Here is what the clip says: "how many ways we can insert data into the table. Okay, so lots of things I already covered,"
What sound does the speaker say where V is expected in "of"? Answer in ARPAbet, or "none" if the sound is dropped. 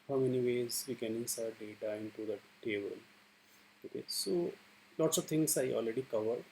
V